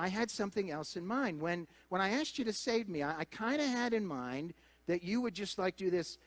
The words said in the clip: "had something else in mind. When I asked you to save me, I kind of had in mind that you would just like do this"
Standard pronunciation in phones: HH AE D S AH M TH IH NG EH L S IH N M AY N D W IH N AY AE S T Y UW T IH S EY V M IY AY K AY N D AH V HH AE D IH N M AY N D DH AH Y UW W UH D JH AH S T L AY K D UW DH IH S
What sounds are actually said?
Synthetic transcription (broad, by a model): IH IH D S AH M TH IH NG EH L S IH N M AY N D W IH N AY AE S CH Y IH T IH S EY V M IY AY K AY N D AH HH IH D IH N M AY N DH AH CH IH W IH D JH AH S T L AY K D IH DH IH S